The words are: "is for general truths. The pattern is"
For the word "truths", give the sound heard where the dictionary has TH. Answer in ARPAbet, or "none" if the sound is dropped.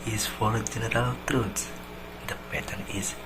T